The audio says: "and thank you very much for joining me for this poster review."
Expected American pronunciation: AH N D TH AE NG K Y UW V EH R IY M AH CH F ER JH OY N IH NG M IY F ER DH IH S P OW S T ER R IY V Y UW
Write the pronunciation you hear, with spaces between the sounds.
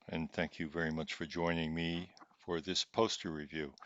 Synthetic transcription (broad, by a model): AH N TH AE NG K Y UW V EH R IY M AH CH F ER JH OY N IH NG M IY F ER DH IH S P OW S T ER R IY V Y UW